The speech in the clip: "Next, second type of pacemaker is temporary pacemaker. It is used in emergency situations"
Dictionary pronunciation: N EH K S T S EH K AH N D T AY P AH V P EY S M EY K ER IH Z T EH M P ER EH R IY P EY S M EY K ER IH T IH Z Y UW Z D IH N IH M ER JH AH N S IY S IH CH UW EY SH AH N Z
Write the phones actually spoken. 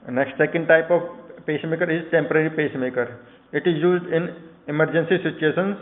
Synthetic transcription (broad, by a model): N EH K S T S EH K AH N D T AY P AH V P EY S M EY K ER IH Z T EH M P ER EH R IY P EY S M EY K ER IH T IH Z Y UW Z D IH N IH M ER JH AH N S IY S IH CH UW EY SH AH N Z